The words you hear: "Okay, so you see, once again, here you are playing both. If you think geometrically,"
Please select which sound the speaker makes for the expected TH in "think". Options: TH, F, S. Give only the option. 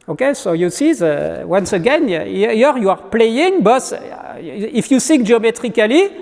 S